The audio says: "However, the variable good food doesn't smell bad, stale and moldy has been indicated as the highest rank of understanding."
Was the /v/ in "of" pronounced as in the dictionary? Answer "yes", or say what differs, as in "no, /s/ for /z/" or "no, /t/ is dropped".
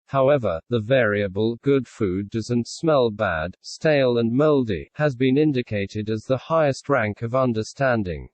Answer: yes